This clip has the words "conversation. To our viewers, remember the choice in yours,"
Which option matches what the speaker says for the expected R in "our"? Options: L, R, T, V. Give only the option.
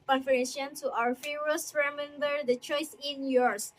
R